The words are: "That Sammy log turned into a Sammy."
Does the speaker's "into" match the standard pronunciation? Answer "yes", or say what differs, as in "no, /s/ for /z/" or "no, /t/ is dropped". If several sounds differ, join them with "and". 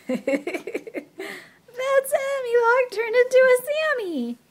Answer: yes